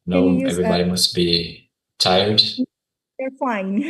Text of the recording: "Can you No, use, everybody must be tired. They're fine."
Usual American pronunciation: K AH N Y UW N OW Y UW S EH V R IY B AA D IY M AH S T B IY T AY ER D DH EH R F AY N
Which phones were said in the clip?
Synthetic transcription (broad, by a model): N N OW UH EH V R IY B AA D IY M AH S T B IY T AY ER D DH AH R F AY N